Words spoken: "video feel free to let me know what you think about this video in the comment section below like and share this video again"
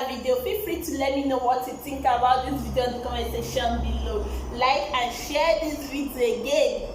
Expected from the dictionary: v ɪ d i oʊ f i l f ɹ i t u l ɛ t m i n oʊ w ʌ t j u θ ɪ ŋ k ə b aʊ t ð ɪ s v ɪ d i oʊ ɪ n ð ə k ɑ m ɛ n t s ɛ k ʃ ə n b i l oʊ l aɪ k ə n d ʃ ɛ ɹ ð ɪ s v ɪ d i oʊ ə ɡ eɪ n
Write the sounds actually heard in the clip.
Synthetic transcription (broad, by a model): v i d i oʊ p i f ɹ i t u l ɛ t m i n oʊ w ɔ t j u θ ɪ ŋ k ə b aʊ t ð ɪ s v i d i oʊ ɪ n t k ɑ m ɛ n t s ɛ ʃ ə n b i l oʊ l aɪ k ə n ʃ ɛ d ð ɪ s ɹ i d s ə ɡ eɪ n